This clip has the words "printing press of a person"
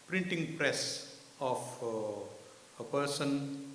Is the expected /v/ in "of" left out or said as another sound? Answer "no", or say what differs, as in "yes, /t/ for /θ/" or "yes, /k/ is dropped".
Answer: yes, /f/ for /v/